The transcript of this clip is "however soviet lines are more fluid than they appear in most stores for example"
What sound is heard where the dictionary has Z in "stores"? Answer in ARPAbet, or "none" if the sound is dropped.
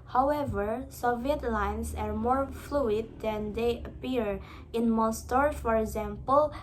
none